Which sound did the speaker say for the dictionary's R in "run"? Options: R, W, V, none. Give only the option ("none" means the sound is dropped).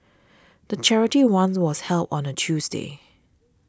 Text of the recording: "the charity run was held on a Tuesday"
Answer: W